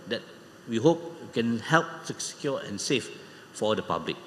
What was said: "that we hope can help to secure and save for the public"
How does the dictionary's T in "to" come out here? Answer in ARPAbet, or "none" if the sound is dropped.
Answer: S